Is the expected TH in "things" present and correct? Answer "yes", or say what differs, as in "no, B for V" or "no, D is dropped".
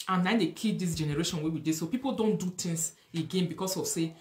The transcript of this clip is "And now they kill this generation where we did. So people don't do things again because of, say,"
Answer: no, T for TH